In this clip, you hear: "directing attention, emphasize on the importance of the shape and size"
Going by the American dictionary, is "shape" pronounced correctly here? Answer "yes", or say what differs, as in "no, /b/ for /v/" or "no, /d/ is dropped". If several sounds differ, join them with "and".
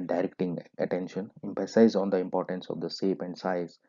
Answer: no, /s/ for /ʃ/